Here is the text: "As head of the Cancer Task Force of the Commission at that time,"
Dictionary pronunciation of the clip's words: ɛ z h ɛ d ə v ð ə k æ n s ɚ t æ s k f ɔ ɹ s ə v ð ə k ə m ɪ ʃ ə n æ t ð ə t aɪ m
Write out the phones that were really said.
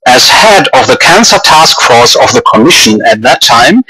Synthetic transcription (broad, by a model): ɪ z h ɛ d ə v ð ə k æ n s ɚ t æ s k f ɔ ɹ s ə v ð ə k ə m ɪ ʃ ə n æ t ð ə t aɪ m